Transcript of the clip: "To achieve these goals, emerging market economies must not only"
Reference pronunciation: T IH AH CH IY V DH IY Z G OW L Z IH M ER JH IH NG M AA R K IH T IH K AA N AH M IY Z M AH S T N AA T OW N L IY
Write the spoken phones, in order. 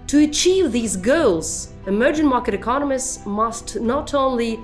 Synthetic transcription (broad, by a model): T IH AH CH IY V DH IY Z G OW L Z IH M ER JH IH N M AA R K IH T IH K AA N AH M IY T M AH S T N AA T OW N L IY